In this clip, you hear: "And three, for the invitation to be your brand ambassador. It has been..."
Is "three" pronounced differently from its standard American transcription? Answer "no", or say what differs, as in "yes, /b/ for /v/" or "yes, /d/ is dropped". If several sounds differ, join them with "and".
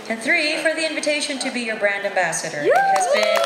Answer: no